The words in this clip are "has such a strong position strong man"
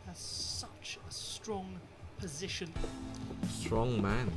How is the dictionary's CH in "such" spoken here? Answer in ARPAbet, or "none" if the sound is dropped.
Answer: CH